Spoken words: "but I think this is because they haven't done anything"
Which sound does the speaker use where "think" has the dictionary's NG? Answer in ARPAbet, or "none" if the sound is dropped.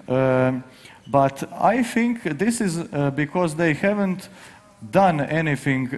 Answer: NG